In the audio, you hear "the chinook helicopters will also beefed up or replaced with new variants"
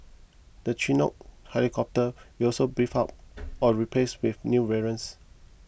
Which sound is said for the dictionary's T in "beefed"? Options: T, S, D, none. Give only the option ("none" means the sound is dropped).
none